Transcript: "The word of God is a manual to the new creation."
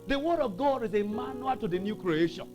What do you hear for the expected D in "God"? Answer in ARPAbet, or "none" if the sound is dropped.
D